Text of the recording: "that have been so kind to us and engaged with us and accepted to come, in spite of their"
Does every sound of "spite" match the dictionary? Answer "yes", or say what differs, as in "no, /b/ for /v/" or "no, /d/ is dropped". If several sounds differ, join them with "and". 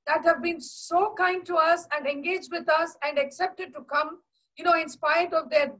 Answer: no, /t/ is dropped